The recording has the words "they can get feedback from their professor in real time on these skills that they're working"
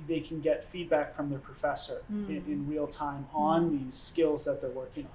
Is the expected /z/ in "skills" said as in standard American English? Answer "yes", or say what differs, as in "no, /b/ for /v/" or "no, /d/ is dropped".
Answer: yes